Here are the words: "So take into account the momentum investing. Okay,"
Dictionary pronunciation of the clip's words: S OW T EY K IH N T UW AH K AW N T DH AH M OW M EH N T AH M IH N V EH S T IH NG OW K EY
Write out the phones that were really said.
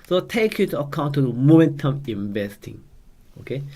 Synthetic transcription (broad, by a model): S OW T EY K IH T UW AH K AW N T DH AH M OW M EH N T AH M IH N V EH S T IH NG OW K EY